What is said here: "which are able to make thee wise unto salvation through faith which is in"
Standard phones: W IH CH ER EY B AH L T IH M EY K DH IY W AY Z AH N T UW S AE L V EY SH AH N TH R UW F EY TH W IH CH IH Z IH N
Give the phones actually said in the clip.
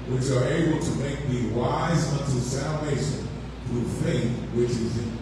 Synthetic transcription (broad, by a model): W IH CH ER EY B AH L T IH M EY K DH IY W AY Z AH N T UW S AE L V EY SH AH N TH R UW F EY TH W IH CH IH Z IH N